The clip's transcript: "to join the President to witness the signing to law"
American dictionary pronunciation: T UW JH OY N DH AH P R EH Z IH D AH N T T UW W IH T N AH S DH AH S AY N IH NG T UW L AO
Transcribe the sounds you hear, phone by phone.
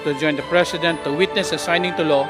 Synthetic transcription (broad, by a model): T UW JH OY N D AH P R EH S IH D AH N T T UW W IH T N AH S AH S AY N IH NG T UW L AO